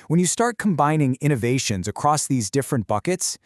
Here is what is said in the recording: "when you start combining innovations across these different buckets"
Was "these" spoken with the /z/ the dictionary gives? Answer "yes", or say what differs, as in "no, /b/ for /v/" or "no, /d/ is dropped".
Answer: yes